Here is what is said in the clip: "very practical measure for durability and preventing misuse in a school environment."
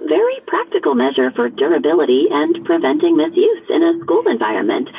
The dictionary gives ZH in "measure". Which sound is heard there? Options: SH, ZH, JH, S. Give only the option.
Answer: ZH